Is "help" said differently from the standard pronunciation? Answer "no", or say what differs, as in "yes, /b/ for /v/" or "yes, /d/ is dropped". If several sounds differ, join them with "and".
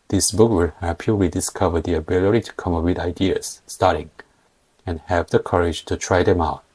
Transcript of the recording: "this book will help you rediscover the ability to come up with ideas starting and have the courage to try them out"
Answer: yes, /l/ is dropped